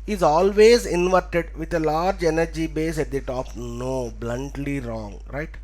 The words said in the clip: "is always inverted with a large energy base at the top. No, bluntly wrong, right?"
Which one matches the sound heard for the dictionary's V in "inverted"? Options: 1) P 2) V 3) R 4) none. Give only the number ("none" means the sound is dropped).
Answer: 2